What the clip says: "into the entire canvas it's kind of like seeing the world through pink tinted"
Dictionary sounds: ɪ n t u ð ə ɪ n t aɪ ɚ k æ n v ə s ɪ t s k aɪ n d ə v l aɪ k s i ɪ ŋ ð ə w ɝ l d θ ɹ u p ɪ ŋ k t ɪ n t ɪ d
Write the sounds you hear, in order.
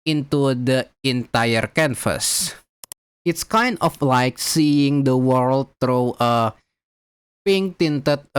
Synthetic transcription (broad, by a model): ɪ n t u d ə ɪ n t aɪ ɚ k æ n f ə s ɪ t s k aɪ n d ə f l aɪ k s i ɪ ŋ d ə w ɝ l d t ɹ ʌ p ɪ ŋ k t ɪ n t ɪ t